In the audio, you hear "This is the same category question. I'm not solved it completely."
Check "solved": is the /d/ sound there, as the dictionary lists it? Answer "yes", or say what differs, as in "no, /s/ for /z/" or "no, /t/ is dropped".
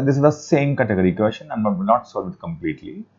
no, /d/ is dropped